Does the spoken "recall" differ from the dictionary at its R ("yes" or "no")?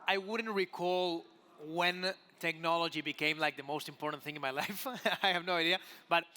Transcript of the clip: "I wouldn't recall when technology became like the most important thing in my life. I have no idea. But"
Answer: no